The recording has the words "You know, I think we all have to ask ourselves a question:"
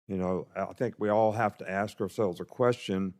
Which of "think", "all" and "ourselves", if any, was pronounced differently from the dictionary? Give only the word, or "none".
none